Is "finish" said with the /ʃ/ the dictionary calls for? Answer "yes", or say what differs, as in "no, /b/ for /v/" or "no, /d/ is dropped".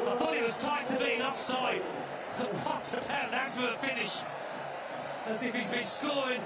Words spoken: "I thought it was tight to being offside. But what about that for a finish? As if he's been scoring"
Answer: yes